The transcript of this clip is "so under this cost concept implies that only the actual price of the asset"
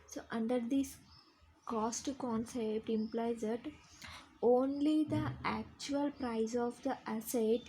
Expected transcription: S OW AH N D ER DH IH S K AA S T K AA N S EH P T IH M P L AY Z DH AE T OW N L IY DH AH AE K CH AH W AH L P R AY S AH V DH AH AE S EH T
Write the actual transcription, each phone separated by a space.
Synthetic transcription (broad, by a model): S OW AH N D ER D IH S K AA S T K AA N S EH P T IH M P L AY Z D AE T OW N L IY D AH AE K CH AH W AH L P R AY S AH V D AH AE S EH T